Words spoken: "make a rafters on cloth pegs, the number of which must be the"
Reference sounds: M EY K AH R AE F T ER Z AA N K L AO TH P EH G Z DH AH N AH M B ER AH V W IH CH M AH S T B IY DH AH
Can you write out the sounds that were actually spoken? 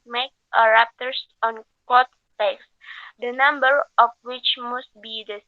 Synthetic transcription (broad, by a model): M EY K AH R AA P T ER S AA N K AO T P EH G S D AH N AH M B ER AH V W IH CH M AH S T B IY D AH